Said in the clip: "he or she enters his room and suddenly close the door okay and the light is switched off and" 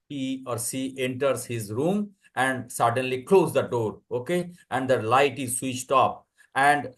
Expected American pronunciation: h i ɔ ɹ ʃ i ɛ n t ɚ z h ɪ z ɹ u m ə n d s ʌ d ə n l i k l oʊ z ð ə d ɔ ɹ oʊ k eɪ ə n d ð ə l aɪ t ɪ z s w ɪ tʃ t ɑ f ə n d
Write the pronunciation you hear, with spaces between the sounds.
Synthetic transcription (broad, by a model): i ɔ ɹ s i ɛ n t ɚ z h ɪ z ɹ u m ə n d s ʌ d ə n l i k l oʊ z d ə d ɔ ɹ oʊ k eɪ ə n d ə l aɪ t ɪ z s w ɪ tʃ t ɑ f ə n d